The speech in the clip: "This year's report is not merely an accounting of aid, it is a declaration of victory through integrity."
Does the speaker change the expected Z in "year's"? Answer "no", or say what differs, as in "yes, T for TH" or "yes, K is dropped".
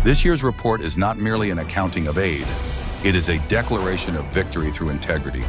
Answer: no